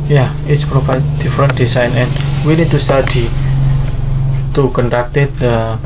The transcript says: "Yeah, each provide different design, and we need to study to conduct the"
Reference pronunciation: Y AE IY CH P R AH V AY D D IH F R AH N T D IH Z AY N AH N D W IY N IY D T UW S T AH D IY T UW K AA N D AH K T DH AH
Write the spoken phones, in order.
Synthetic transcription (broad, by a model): Y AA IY S P R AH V AY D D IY F R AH N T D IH S AY N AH N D W IY N IY D T UW S T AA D IY T UW K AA N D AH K T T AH